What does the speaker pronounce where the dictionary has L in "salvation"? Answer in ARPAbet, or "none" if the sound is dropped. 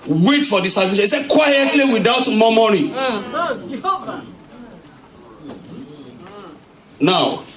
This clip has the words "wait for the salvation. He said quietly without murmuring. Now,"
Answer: none